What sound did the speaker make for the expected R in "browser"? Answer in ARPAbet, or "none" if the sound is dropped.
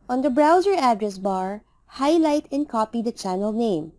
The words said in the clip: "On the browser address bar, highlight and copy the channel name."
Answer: R